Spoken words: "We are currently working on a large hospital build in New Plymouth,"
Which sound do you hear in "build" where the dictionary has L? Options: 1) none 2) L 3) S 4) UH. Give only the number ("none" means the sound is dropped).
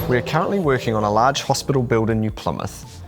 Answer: 2